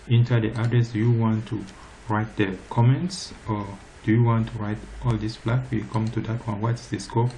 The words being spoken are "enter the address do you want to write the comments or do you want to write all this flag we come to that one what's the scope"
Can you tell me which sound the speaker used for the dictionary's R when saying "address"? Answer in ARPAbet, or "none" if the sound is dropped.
none